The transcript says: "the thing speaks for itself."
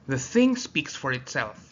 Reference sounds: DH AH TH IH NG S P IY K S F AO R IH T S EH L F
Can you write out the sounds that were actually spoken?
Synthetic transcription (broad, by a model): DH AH TH IH NG S P IY K S F AO R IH T S EH L F